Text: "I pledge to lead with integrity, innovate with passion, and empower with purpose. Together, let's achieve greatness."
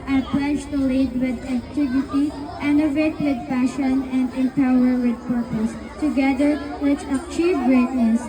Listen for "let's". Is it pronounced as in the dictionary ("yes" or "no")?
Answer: no